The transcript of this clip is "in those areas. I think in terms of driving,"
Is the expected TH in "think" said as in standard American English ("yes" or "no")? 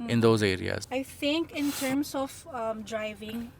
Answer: no